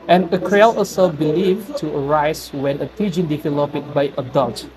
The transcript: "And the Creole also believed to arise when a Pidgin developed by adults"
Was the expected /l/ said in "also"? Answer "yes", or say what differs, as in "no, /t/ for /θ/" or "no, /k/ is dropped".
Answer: no, /l/ is dropped